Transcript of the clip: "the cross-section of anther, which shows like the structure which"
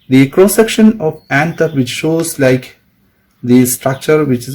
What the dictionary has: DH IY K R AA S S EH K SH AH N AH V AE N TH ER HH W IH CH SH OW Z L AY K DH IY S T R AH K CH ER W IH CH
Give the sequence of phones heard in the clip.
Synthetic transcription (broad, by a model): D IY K R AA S S EH K SH AH N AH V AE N T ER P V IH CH SH OW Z L AY K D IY S T R AH K CH ER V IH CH